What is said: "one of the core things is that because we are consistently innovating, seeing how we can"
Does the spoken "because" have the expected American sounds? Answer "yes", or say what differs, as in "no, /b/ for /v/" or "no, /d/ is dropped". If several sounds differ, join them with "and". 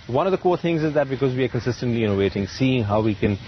yes